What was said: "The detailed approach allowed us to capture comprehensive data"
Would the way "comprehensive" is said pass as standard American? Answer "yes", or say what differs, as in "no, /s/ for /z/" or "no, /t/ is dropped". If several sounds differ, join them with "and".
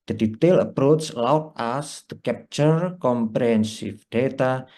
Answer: no, /f/ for /v/